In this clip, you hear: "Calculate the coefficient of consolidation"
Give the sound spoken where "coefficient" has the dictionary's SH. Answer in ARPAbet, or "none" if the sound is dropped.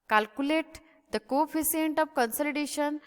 S